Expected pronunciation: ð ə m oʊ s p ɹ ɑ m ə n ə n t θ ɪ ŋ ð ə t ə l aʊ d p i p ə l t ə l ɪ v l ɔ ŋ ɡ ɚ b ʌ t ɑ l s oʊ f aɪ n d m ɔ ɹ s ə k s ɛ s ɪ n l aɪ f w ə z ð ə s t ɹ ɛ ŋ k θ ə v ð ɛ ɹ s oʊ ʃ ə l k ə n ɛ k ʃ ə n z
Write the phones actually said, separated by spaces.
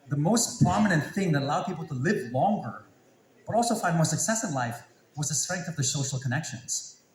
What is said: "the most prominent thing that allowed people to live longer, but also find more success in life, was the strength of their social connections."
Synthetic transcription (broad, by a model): ð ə m oʊ s p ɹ ɑ m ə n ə n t θ ɪ ŋ ð ə t ə l aʊ d p i p l t ə l ɪ v l ɔ ŋ ɡ ɚ b ʌ t ɑ l s oʊ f aɪ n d m ɔ ɹ s ə k s ɛ s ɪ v l aɪ f w ə z ð ə s t ɹ ɛ ŋ k θ ə v ð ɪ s oʊ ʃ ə l k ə n ɛ k ʃ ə n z